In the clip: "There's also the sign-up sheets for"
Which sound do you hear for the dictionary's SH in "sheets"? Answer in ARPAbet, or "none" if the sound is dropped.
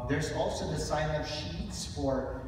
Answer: SH